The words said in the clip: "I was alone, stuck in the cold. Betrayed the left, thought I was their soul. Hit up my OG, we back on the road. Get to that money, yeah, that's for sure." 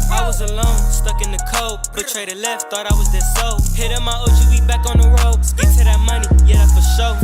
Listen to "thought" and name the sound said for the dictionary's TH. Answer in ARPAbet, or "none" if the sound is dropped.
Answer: TH